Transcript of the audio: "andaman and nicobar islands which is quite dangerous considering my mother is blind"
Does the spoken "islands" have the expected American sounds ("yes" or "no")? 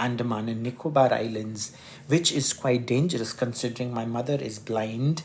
yes